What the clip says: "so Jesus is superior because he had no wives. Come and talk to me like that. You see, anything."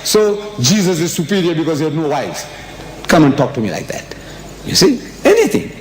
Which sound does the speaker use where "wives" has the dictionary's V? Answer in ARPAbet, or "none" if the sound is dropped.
none